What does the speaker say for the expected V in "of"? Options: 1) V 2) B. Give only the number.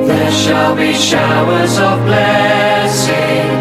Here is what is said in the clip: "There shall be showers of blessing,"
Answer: 1